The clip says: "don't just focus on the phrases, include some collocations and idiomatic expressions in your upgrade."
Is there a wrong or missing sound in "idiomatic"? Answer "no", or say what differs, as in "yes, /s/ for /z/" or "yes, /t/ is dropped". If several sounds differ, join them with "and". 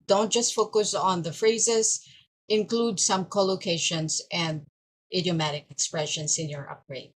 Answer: no